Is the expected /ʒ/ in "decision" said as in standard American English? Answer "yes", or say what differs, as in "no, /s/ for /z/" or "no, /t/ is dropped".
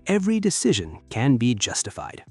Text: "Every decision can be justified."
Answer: yes